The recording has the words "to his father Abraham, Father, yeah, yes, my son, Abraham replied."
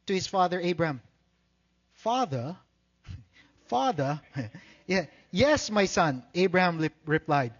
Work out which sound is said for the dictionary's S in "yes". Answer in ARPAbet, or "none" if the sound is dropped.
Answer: S